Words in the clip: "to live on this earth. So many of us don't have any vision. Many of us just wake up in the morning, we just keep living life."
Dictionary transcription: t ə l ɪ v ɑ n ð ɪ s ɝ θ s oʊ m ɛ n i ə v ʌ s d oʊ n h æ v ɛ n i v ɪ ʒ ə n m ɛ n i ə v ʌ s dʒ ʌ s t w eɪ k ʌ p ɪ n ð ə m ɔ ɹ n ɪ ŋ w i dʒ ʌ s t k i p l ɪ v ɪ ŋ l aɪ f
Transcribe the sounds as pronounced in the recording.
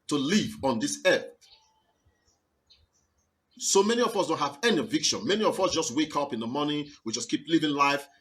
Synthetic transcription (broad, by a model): t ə l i v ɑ n ð ɪ s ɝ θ s oʊ m ɛ n i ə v ʌ s d oʊ n h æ v ɛ n i v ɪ ʃ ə n m ɛ n i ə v ʌ s dʒ ʌ s t w eɪ k ʌ p ɪ n ð ə m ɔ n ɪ w i dʒ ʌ s k i p l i v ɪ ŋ l aɪ f